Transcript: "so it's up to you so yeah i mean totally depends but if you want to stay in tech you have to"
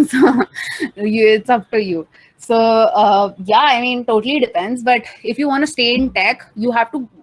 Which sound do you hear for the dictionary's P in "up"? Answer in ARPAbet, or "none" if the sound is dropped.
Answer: F